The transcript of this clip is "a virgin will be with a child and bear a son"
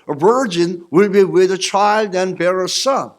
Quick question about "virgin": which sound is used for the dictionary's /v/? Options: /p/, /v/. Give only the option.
/v/